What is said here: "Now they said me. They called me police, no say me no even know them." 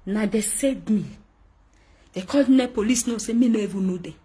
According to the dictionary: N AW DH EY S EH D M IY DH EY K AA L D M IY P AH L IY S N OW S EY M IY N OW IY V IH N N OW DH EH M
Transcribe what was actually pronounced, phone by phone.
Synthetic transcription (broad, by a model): N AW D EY S EH D M IY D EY K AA D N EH P AH L IY S N OW S EY M IY N OW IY V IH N N OW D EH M